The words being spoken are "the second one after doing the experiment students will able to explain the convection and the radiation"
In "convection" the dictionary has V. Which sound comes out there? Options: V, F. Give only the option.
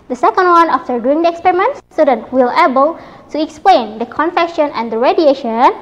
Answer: F